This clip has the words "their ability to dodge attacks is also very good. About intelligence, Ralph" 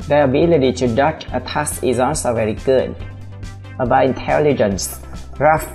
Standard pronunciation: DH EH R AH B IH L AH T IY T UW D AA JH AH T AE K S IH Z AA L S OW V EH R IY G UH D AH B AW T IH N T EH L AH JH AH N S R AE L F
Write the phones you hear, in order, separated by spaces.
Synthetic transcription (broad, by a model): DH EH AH B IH L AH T IY T UW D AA CH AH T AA S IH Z AA L S OW V EH R IY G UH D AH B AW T IH N T EH L AH JH AH N S R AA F